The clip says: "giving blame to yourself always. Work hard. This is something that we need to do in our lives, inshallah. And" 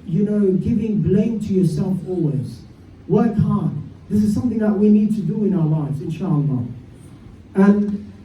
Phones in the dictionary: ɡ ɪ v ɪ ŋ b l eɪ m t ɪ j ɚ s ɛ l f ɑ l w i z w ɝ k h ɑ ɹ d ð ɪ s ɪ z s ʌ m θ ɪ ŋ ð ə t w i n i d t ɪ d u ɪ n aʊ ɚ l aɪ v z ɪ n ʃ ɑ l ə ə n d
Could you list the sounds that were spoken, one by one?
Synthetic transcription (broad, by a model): ɡ ɪ v ɪ ŋ b l eɪ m t ɪ j ɚ s ɛ l f ɑ l w i z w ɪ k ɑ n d ð ɪ s ɪ z s ʌ m θ ɪ ŋ ð ə t w i n i d t ɪ d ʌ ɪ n aʊ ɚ l aɪ v z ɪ n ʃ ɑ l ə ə n